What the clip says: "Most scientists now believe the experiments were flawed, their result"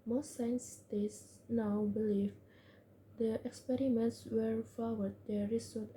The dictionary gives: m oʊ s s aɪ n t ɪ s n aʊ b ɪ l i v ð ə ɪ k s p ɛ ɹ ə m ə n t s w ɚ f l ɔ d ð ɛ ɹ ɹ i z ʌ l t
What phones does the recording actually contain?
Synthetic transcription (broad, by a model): m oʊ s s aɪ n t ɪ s n aʊ b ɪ l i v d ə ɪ k s p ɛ ɹ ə m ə n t s w ɚ f w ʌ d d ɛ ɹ ɹ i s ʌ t